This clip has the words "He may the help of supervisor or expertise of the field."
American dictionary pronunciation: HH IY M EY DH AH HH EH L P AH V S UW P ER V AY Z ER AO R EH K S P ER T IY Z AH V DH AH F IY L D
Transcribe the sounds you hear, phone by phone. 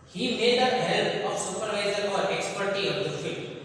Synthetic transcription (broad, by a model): HH IY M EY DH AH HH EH L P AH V S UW P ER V AY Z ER AO R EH K S P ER T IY AH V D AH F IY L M